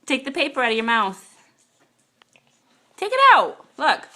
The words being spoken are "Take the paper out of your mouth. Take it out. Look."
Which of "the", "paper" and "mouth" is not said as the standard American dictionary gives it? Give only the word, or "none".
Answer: none